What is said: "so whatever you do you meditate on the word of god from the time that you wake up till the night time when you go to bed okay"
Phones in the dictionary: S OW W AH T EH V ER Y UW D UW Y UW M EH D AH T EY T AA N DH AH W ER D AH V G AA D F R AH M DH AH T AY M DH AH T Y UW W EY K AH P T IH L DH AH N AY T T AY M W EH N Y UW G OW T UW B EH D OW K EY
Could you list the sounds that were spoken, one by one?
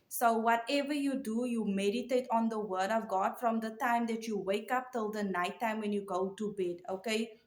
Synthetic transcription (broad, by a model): S OW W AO T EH V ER Y UW D UW Y UW M EH D AH T EY T AA N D AH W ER D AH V G AA D F R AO M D AH T AY M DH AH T Y UW W EY K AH P T IH L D AH N AY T T AY M W EH N Y UW G OW T UW B EH D OW K EY